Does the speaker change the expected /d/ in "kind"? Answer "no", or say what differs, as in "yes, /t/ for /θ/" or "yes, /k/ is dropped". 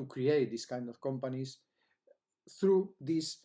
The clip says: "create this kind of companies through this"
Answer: no